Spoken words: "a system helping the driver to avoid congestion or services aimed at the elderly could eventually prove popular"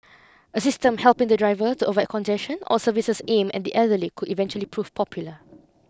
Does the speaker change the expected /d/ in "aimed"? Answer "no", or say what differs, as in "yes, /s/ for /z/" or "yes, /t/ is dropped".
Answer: yes, /d/ is dropped